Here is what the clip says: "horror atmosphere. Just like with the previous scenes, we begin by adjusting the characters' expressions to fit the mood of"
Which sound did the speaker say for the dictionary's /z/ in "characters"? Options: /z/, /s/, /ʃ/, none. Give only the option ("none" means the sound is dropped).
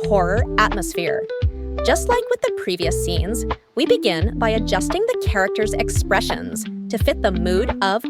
/z/